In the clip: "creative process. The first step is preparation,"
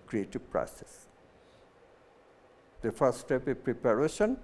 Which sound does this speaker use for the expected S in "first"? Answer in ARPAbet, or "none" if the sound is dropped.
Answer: none